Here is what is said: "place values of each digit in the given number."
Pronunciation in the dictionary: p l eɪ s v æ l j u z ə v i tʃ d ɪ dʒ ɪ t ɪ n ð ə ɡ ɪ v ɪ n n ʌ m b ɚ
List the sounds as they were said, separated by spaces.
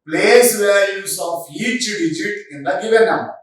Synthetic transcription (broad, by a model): p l eɪ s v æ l j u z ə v i tʃ d ɪ dʒ ɪ t ɪ n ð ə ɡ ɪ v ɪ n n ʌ m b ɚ